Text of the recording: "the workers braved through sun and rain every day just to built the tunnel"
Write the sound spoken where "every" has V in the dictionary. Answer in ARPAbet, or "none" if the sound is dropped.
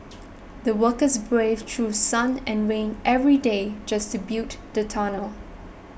V